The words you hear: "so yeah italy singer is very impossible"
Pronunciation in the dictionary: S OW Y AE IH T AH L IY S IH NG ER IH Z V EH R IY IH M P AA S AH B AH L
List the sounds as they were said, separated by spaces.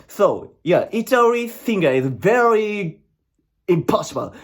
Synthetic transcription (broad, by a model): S OW Y AE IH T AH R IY TH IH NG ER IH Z V EH R IY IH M P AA S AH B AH L